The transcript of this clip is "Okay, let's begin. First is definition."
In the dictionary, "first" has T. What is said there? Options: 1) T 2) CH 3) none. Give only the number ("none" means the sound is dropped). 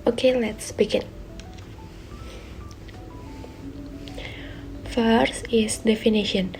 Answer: 3